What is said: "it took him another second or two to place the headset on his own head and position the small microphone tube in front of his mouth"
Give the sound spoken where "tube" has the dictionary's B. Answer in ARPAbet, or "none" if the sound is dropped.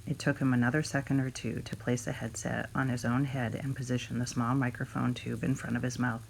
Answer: B